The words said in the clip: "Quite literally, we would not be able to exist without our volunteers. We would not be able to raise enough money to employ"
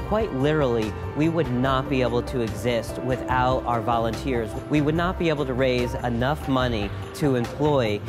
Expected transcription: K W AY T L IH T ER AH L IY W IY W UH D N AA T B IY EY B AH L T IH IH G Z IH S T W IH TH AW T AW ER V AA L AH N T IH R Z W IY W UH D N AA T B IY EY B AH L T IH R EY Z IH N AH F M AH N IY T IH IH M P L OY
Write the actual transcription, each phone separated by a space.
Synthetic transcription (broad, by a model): K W AY T L IH T ER L IY W IY W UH D N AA T B IY EY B L T IH IH G Z IH S T W IH TH AW T AW ER V AA L AH N T IH R Z W IY W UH D N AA T B IY EY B L T IH R EY Z IH N AH F M AH N IY T IH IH M P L OY